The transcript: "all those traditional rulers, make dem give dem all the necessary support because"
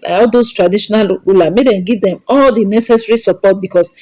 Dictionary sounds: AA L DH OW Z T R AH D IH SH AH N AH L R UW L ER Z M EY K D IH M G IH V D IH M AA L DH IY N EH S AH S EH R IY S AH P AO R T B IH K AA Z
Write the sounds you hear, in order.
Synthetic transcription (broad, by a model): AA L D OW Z T R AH D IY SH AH N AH L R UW L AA M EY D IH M G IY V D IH M AA L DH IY N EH S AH S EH R IY S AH P AO T B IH K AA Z